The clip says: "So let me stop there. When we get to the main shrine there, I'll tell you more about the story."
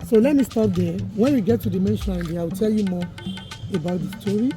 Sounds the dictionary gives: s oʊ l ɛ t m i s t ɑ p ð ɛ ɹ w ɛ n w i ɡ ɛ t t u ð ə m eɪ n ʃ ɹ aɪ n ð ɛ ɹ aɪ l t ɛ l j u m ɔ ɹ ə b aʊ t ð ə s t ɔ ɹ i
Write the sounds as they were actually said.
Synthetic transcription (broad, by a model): s oʊ l ɛ t m i s t ɑ p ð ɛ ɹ w ɛ n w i ɡ ɛ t t u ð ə m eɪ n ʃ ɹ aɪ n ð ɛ aɪ w t ɛ l j u m ɔ ə b aʊ t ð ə s t ɔ ɹ i